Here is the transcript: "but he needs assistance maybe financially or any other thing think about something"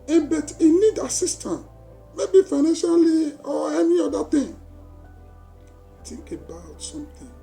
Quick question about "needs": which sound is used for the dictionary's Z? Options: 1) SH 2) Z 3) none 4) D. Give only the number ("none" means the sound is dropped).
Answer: 3